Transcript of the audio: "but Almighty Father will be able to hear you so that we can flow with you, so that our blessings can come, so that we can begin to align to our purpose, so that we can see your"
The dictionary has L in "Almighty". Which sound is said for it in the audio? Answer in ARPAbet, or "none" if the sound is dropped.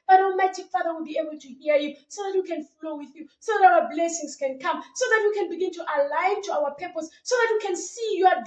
none